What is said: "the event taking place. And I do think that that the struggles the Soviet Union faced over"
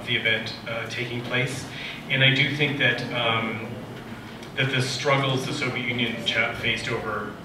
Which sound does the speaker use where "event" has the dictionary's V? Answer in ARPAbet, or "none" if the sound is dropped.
V